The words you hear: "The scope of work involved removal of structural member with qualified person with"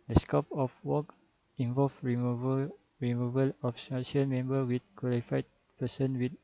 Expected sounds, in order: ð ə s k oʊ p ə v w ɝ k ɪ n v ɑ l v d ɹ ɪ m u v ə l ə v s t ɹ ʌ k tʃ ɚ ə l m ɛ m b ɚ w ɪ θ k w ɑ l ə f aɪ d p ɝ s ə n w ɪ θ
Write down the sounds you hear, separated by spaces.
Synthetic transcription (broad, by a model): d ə s k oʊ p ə f w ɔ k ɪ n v ɑ l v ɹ ɹ ɪ m u v ə l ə f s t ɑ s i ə n m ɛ m b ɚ w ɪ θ k w ɑ l ə f aɪ d p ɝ s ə n w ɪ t